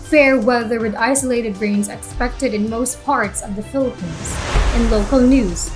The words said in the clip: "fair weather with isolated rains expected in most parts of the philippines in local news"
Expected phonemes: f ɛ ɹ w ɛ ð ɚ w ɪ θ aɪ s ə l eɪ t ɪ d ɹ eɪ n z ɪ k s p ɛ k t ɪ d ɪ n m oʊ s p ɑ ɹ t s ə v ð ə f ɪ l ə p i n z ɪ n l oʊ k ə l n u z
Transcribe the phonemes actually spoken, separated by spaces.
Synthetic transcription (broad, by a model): f ɛ ɹ w ɛ ð ɚ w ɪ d aɪ s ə l eɪ t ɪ d ɹ eɪ n z ɪ k s p ɛ k t ɪ d ɪ n m oʊ s p ɑ ɹ t s ə v ð ə f ɪ l ə p i n z ɪ n l oʊ k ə l n u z